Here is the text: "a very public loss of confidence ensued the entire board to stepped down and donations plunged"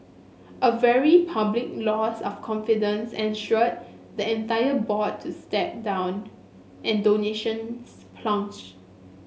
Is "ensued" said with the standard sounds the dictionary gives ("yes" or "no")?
no